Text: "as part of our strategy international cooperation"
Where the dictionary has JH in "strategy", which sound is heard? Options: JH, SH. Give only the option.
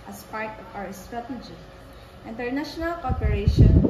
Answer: SH